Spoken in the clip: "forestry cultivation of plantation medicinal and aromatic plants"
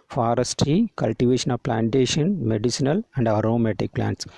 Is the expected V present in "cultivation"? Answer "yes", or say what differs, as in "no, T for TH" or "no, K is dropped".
yes